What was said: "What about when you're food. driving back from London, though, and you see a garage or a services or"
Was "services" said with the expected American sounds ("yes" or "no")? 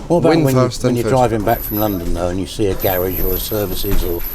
yes